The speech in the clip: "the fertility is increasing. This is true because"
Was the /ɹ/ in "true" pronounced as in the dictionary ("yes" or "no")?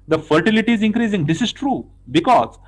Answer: yes